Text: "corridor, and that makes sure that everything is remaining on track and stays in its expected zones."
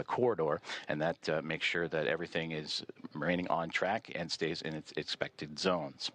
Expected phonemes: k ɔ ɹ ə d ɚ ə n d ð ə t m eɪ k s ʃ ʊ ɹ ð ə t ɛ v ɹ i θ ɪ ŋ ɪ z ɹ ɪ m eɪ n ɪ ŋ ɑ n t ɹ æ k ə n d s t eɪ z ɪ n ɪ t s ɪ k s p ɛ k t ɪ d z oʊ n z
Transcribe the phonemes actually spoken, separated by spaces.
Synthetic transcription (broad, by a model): k ɔ ɹ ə d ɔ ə n ð ə t m eɪ k s ʃ ʊ ɹ ð ə t ɛ v ɹ i θ ɪ ŋ ɪ z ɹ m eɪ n ɪ ŋ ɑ n t ɹ æ k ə n s t eɪ z ɪ n ɪ t s ɪ k s p ɛ k t ɪ d z oʊ n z